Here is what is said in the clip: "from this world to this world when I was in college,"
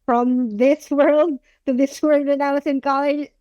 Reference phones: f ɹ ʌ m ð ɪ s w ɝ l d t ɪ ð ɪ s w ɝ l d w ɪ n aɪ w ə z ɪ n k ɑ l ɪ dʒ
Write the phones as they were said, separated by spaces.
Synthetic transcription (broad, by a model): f ɹ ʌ m ð ɪ s w ɝ l d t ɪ ð ɪ s w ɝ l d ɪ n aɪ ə s ɪ n k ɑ l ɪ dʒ